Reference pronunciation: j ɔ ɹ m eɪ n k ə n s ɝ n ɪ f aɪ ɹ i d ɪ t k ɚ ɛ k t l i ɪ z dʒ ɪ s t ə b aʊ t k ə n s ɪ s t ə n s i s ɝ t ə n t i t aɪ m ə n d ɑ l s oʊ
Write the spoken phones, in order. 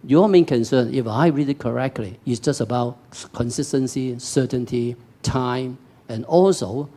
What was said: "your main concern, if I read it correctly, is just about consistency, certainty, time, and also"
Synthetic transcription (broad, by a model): j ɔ m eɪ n k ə n s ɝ n ɪ f aɪ ɹ i d ɪ t k ɚ ɛ k t l i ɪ s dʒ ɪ s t ə b aʊ t k ə n s ɪ s t ə n s i s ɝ t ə n t i t aɪ m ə n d ɑ l s oʊ